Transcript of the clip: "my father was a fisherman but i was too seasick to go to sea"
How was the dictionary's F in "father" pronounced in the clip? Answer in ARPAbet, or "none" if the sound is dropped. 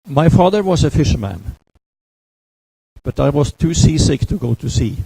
F